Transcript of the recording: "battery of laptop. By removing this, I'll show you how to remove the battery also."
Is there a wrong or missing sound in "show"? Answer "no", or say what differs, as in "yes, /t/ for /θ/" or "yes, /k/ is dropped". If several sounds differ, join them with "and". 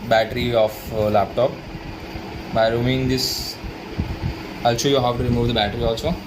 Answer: yes, /s/ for /ʃ/